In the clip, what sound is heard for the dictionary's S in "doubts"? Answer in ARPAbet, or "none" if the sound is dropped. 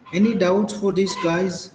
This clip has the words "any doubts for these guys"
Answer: none